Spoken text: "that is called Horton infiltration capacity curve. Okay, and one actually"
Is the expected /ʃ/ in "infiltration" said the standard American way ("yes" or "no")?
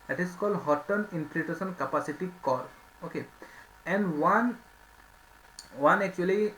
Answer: no